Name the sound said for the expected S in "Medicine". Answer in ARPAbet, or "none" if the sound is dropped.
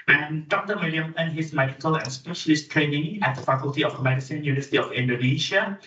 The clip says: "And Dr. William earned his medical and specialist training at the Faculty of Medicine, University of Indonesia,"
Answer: S